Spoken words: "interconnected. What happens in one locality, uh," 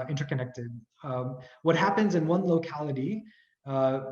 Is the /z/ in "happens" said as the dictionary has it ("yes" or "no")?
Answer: yes